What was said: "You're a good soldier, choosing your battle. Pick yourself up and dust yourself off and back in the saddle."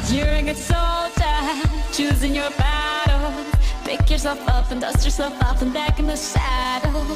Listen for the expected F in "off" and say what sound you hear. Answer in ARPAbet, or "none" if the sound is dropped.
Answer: P